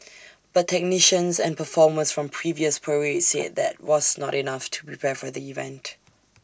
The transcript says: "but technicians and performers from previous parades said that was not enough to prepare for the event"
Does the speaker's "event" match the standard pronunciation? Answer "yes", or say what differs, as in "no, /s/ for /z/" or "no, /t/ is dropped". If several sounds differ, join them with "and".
yes